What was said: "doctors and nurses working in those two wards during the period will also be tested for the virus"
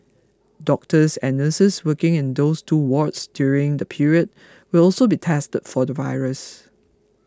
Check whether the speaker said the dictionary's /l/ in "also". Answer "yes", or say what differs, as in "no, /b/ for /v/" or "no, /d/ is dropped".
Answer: yes